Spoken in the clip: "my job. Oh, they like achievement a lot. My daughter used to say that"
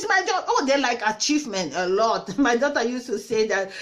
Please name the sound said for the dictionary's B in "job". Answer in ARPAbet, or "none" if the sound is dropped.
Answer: none